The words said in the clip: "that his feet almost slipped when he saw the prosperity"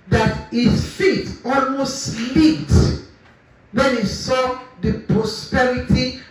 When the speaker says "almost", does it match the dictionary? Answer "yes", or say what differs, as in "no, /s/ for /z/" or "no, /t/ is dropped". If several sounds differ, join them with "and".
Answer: yes